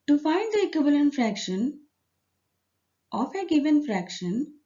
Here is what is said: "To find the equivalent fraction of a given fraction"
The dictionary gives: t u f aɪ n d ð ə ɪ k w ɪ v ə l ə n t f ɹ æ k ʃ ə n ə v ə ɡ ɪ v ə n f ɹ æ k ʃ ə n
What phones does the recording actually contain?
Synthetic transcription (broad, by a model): t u f aɪ n d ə ɪ k w ɪ v ə l ə n t f ɹ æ k ʃ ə n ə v ə ɡ ɪ v ə n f ɹ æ k ʃ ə n